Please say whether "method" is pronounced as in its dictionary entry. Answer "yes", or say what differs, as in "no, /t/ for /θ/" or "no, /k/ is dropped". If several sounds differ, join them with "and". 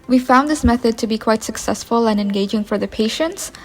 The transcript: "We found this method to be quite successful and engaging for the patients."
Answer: yes